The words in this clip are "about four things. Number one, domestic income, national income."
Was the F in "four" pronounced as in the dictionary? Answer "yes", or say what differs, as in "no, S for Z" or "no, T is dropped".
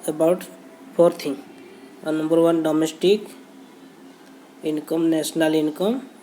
no, P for F